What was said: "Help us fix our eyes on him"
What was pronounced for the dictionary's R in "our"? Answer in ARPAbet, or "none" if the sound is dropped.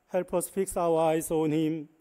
W